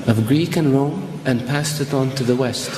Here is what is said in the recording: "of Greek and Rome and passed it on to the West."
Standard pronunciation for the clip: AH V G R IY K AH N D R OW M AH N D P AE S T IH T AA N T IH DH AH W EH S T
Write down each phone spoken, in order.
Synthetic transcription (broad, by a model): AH V G R IY K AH N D R OW M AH N P AE S T IH T N T IH DH AH W EH S T